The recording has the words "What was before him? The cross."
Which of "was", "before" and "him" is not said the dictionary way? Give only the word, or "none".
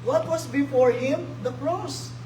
was